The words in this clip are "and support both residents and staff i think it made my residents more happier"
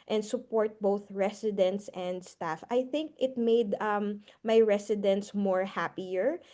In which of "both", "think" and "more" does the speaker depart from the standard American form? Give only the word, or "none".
none